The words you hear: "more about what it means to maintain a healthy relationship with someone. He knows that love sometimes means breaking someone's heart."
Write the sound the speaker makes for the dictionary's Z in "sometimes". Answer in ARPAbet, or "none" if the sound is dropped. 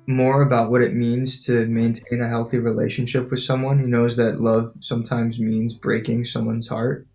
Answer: Z